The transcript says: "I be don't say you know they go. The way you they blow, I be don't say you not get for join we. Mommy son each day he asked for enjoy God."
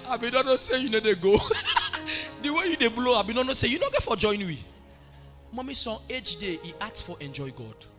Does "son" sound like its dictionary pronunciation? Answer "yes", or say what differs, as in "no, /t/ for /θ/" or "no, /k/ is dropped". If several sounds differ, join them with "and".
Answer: no, /n/ is dropped